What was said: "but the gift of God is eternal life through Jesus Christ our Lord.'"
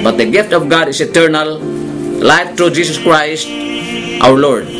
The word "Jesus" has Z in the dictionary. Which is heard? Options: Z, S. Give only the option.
S